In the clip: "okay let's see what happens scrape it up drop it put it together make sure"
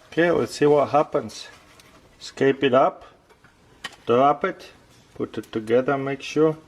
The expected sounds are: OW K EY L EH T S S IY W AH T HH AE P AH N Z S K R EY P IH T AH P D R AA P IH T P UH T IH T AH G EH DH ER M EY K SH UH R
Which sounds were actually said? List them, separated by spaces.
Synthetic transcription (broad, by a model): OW K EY W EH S S IY W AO T HH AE P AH N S S K EY P IH T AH P D R AA P IH T P UH T IH T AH G EH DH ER M EY K SH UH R